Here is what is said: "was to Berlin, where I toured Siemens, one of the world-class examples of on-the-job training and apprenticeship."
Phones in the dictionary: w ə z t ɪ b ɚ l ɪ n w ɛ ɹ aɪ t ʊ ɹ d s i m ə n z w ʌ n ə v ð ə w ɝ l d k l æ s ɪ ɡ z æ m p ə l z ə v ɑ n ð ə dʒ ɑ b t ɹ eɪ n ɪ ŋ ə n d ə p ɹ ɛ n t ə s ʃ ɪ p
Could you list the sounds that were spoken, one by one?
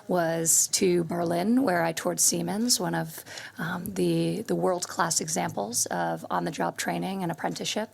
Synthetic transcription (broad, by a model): w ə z t ɪ b ɚ l ɪ n w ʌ ɹ aɪ t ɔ ɹ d s i m ə n z w ʌ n ə v ð ə w ɝ l d k l æ s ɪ ɡ z æ m p l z ə v n ð ə dʒ ɑ b t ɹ eɪ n ɪ ŋ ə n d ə p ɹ ɛ n t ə ʃ ɪ p